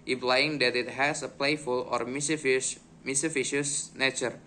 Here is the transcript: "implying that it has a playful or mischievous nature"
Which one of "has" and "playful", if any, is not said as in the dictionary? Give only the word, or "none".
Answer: has